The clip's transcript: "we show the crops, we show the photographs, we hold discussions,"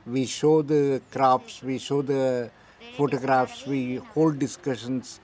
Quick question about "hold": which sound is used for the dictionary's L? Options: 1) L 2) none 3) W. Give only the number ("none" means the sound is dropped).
1